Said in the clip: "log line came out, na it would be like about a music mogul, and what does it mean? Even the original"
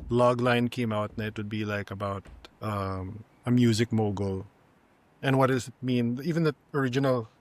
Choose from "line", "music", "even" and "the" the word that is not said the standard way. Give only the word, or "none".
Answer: none